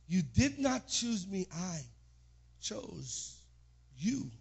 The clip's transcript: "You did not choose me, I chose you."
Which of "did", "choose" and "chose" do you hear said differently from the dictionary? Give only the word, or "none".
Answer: none